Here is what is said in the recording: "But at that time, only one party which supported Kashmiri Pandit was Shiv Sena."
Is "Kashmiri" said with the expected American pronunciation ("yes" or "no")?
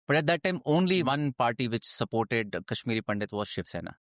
yes